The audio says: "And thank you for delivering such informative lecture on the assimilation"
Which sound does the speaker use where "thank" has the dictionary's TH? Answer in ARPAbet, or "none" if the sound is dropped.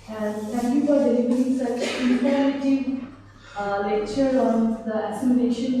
T